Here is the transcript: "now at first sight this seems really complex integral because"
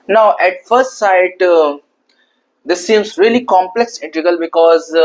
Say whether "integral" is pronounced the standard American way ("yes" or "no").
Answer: no